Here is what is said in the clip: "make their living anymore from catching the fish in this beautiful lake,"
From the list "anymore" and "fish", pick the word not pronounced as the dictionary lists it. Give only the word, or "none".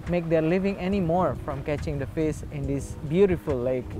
fish